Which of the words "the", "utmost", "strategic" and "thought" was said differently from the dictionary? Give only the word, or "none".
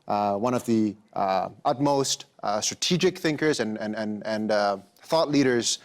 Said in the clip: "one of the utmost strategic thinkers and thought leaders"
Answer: none